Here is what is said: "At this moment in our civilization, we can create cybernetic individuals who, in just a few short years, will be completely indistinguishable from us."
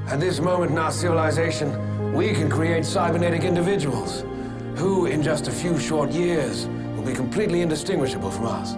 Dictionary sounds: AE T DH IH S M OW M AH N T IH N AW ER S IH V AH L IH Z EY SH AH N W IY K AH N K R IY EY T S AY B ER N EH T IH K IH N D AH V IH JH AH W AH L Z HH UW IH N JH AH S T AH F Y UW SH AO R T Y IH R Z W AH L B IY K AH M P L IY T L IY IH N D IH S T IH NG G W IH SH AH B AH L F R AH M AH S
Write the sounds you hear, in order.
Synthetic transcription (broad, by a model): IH T DH IH S M OW M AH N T IH N AW ER S IH V AH L IH Z EY SH AH N W IY K AH N K R IY EY T S AY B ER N EH T IH K IH N D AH V IH JH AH W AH L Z HH UW IH N JH AH S T AH F Y UW SH AO R T Y IH R Z W AH L B IY K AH M P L IY T L IY IH N D IH S T IH NG G W IH SH AH B AH L F R AH M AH S